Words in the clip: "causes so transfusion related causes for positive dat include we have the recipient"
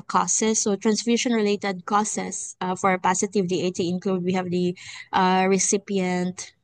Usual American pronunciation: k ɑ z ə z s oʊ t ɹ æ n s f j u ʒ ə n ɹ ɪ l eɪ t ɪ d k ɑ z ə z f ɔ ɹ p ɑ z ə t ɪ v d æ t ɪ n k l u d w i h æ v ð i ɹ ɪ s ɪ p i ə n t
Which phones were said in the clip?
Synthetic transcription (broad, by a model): k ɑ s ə s oʊ t ɹ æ n s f j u ʃ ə n ɹ ɪ l eɪ t ɪ d k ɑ s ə s f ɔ ɹ p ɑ s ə t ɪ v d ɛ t ɪ n k l u d w i h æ v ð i ɹ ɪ s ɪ p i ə n t